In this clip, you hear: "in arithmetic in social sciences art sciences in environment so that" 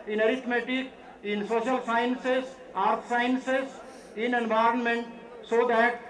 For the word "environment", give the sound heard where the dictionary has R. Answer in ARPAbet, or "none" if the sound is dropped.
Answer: R